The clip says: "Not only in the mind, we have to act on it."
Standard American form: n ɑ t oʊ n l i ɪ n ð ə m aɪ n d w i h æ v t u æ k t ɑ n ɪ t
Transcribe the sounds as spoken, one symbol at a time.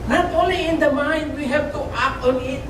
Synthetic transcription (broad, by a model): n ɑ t oʊ n l i ɪ n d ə m aɪ n d w i h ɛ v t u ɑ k ɑ n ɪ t